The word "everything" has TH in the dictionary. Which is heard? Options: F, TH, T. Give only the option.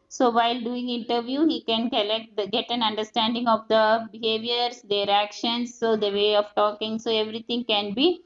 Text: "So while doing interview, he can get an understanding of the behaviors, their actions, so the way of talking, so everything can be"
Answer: T